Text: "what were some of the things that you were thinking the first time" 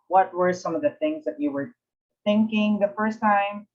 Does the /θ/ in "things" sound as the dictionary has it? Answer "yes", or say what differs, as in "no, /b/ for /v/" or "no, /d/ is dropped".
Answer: yes